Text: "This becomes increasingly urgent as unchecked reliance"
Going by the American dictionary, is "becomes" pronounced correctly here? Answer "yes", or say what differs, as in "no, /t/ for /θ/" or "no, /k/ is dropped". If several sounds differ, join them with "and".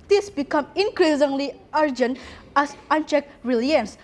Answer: no, /z/ is dropped